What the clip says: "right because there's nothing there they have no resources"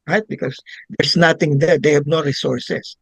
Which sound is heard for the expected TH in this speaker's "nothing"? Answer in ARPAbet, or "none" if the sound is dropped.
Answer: T